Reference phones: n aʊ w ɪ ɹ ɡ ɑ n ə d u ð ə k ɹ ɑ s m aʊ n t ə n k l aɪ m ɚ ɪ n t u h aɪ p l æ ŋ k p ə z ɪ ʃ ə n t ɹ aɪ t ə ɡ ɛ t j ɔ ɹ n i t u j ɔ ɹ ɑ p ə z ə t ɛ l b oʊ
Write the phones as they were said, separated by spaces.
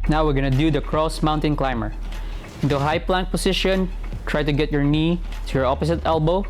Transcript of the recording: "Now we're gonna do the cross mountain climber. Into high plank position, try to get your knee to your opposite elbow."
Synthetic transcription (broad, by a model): n aʊ w ɪ ɹ ɡ ɑ n ə d u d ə k ɹ ɑ s m aʊ n t ə n k l aɪ m ɚ ɪ n t u h aɪ p l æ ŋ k p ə s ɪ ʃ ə n t ɹ aɪ t ə ɡ ɛ t j ɔ ɹ n i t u j ɔ ɹ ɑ p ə s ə t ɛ l b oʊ